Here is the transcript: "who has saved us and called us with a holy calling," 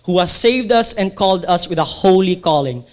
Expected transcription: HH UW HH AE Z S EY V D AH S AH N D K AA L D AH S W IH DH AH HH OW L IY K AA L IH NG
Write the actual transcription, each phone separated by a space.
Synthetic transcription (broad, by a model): HH UW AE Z S EY V D AH S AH N K AA L D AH S W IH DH AH HH OW L IY K AA L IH NG